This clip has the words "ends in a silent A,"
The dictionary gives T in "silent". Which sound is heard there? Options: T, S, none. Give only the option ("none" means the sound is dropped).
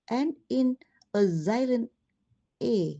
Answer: none